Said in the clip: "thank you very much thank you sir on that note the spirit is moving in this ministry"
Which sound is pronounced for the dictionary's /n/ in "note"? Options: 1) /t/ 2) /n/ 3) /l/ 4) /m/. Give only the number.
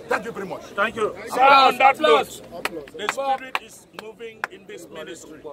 3